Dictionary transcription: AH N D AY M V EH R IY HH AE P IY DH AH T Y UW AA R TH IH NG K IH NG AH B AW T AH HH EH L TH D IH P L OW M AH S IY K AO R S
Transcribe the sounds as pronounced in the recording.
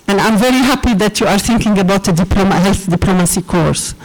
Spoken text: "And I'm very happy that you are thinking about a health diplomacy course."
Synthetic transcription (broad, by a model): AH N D AY M V EH R IY HH AE P IY DH AH T Y UW AA R TH IH NG K IH NG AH B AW T AH HH EH L TH D IH P L OW M AH S IY K AO R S